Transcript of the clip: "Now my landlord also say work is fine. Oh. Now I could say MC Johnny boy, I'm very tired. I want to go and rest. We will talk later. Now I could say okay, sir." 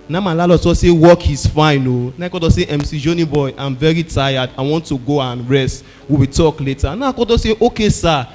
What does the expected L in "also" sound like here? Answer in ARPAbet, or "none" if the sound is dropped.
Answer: none